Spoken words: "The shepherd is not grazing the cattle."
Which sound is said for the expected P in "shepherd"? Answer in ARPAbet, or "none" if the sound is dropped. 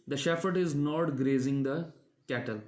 F